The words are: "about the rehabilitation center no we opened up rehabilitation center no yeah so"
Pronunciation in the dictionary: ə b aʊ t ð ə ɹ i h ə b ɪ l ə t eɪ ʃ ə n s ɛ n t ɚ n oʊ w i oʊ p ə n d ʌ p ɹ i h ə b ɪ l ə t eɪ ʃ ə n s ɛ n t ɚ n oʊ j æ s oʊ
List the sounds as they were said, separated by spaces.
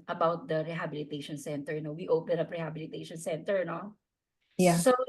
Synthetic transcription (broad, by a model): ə b aʊ t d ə ɹ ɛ h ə b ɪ l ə t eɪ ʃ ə n s ɛ n t ɚ n oʊ w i oʊ p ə n ʌ p ɹ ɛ h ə b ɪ l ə t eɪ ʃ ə n s ɛ n t ɚ n oʊ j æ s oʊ